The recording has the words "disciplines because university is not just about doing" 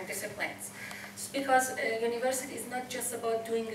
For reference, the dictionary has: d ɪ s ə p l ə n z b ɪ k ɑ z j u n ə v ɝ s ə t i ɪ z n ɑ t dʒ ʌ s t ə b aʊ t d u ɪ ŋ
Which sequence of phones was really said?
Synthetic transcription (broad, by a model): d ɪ s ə p l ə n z b ɪ k ɑ z j u n ə v ɝ s ə t i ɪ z n ɑ t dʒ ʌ s t ə b aʊ t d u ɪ ŋ